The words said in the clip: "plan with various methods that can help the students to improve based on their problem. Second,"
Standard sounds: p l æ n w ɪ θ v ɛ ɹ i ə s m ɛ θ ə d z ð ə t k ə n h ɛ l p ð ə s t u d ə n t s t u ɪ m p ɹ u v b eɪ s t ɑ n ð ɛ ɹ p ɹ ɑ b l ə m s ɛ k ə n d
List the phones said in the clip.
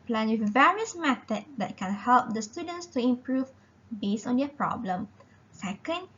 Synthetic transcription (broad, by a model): p l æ n w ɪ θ v ɛ ɹ i ə s m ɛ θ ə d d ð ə t k ə n h ɛ l p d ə s t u d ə n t s t u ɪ m p ɹ u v b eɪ s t ɑ n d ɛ p ɹ ɑ b l ə m s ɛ k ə n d